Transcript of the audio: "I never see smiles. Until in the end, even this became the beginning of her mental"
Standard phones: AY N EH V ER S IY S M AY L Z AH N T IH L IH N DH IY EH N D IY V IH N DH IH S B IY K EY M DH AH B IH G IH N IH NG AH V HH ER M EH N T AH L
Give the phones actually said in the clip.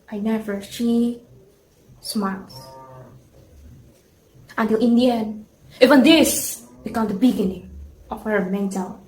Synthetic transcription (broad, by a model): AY N EH V ER SH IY S M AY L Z AH N T IH L IH N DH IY EH N D IY V IH N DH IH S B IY K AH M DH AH B IH G IH N IH NG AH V HH ER M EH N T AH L